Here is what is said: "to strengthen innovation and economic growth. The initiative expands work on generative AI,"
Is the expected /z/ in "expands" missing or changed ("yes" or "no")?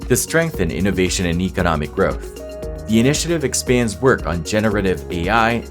no